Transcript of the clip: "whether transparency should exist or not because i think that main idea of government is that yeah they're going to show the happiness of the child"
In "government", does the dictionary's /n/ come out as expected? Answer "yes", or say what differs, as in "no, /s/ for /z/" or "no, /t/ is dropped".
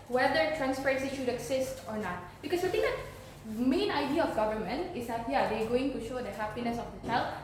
yes